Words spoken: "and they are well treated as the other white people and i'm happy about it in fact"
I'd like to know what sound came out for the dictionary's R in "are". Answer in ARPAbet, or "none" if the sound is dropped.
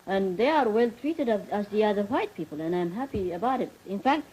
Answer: R